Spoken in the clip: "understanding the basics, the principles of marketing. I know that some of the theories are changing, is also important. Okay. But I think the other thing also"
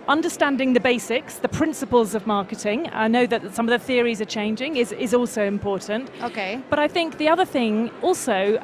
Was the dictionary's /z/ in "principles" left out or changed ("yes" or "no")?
no